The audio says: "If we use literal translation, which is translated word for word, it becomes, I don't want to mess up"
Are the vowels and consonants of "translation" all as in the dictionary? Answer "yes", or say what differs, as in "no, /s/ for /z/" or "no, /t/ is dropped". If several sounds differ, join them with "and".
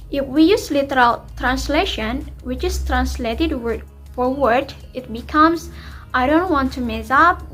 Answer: yes